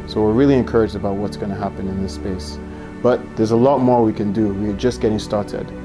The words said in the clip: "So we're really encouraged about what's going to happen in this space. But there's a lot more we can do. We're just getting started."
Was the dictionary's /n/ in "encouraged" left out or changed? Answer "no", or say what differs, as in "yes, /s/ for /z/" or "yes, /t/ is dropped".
no